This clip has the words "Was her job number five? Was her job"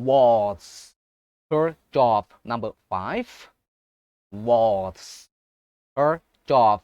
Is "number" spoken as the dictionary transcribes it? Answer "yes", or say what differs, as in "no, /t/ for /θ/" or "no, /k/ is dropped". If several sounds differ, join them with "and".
yes